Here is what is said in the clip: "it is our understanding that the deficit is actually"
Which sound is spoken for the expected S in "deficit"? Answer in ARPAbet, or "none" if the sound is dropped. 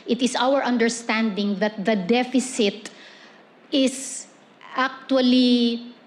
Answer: S